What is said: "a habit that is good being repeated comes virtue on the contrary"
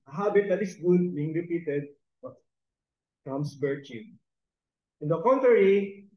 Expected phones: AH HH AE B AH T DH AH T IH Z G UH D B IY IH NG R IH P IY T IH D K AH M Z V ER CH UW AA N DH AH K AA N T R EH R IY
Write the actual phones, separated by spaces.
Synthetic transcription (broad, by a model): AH HH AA B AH T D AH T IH S G UH D B IY IH NG R IH P IY T IH D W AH M S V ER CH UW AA N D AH K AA N T R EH R IY